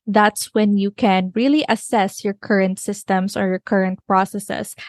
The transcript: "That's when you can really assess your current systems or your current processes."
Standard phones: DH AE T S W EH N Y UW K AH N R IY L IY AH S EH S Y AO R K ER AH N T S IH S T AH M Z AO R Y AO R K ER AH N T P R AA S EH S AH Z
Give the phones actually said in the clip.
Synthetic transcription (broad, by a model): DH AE T S W EH N Y UW K AH N R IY L IY AH S EH S Y AO R K ER AH N T S IH S T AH M S AO R Y AO R K ER AH N T P R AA S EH S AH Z